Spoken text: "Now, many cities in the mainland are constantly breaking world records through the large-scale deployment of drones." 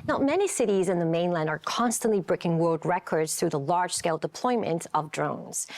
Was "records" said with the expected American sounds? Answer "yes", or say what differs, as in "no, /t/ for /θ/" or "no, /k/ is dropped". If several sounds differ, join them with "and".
yes